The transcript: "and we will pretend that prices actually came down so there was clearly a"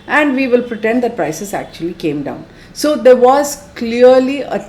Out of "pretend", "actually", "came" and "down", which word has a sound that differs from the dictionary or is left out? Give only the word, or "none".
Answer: none